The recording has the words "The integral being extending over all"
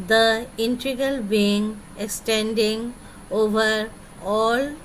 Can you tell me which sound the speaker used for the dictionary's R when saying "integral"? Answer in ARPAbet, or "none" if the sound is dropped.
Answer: none